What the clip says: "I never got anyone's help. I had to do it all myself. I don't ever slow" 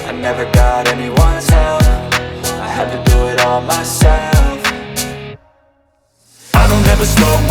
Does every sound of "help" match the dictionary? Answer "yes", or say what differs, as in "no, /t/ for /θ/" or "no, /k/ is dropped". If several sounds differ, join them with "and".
no, /f/ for /p/